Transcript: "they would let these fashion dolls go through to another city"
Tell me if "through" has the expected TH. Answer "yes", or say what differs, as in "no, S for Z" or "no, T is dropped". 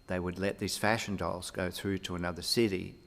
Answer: yes